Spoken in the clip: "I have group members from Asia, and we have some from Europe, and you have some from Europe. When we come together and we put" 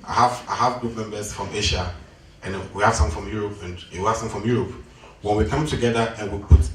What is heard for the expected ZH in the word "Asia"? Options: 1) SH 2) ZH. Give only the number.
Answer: 1